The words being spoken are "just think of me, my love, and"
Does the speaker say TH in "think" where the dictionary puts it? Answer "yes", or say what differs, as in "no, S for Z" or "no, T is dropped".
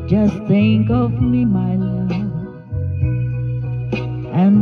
no, S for TH